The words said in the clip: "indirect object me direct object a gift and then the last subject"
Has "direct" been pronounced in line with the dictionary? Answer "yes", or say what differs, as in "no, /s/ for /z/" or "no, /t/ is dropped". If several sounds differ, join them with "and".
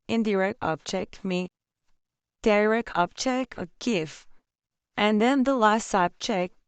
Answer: no, /t/ is dropped